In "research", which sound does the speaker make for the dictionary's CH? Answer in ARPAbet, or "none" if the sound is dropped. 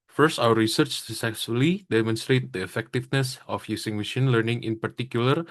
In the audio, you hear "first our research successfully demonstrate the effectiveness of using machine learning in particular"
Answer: CH